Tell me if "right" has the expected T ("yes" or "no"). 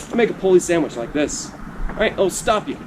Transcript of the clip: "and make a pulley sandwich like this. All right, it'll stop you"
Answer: no